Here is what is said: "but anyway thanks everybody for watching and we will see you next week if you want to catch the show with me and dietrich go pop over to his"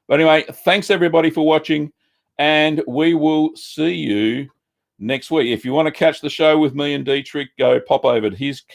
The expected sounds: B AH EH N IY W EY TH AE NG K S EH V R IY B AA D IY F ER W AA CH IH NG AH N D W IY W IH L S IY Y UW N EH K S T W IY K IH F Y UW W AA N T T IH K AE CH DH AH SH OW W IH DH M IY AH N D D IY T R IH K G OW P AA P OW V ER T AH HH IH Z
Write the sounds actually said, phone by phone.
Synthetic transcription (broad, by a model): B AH EH N IY W EY TH AE NG K S EH V R IY B AA D IY F ER W AA CH IH NG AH N W IY W IH L S IY Y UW N EH K S T W IY K IH F Y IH W AA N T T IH K AE CH DH AH SH OW W IH DH M IY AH N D D IY T R IH K G OW P AA P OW V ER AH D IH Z